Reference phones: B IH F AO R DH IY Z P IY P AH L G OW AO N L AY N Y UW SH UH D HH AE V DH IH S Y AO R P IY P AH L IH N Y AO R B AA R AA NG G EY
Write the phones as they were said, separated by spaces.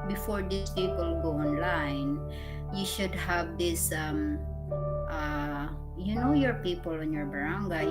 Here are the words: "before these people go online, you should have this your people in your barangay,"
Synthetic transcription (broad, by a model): B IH F AO R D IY S P IY P AH L G OW AO N L AY N Y UW SH UH D HH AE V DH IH S Y AO R P IY P AH L IH N Y AO R B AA R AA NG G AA